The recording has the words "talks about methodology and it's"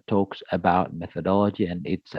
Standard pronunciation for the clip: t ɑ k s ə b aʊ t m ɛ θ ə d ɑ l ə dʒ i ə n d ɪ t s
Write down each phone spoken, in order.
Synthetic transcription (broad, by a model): t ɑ k s ə b aʊ t m ɛ θ ə d ɑ l ə dʒ i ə n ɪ t s